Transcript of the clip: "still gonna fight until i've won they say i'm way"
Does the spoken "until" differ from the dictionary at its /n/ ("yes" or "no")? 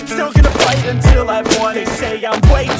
no